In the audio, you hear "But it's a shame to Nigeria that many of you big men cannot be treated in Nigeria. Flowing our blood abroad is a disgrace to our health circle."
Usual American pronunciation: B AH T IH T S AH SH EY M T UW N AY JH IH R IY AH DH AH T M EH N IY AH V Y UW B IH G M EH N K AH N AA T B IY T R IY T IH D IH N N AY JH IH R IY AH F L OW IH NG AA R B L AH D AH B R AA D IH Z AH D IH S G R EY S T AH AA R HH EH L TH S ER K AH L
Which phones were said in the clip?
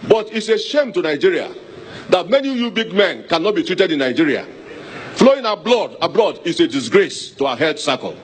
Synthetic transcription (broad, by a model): B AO T IH T S AH SH EY M T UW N AY JH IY R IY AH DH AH T M EH N IY Y UW B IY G M EH N K AH N AA T B IY T R IY T IH D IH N N AY JH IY R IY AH F L OW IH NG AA B L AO D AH B L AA D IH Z AH D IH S G R EY S T AH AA HH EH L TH S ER K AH L